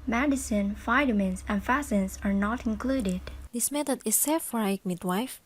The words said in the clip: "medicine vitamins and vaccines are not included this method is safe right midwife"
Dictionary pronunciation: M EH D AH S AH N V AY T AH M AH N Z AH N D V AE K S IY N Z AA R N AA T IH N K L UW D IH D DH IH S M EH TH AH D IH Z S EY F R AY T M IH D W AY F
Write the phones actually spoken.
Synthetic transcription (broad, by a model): M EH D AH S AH N F AY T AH M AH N S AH N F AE S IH N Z AA R N AA T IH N K L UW D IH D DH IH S M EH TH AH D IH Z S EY F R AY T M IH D W AY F